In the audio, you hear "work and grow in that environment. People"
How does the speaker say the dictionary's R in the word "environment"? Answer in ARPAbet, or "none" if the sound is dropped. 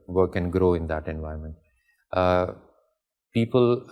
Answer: none